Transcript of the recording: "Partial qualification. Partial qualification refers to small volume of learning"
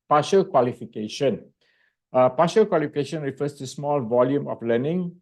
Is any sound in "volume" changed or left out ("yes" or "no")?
no